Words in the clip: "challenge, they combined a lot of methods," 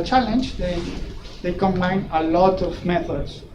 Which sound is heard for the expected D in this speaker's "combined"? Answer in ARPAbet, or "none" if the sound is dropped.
none